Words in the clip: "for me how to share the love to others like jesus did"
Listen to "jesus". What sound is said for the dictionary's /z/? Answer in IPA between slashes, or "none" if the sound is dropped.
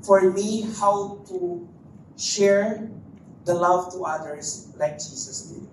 /s/